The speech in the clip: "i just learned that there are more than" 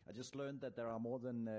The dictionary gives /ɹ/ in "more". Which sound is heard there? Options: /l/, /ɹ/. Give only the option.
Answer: /ɹ/